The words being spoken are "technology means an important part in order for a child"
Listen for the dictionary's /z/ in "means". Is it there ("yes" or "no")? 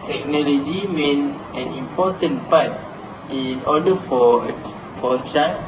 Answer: no